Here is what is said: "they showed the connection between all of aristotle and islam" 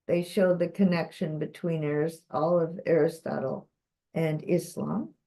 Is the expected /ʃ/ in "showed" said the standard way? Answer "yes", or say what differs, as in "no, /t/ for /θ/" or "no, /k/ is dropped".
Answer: yes